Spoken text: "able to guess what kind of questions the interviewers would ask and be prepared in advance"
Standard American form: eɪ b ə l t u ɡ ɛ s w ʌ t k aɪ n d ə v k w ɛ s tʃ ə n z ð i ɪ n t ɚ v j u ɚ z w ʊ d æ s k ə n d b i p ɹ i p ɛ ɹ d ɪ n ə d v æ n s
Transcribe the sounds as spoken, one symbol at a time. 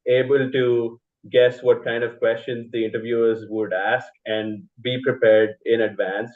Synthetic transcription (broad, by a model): eɪ b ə l t u ɡ ɛ s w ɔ t k aɪ n d ə v k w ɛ s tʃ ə n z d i ɪ n t ɚ v j u ɚ z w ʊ d æ s k ə n d b i p ɹ i p ɛ ɹ d ɪ n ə d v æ n s